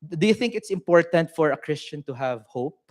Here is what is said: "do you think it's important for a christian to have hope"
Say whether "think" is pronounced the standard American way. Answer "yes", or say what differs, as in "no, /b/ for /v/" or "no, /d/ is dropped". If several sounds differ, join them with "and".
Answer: yes